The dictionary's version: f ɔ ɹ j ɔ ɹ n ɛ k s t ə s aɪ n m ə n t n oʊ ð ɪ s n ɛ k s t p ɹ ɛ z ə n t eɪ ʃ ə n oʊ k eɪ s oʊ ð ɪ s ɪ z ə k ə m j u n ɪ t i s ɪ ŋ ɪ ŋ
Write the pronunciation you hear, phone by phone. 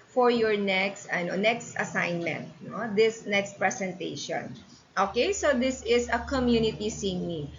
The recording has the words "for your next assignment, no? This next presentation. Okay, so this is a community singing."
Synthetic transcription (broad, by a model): f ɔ ɹ j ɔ ɹ n ɛ k s t ə s aɪ n m ə n t n oʊ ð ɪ s n ɛ k s t p ɹ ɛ s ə n t eɪ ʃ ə n oʊ k eɪ s oʊ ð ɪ s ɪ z ə k ə m j u n ɪ t i s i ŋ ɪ